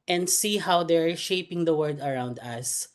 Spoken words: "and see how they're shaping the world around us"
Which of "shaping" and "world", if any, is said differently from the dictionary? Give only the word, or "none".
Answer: world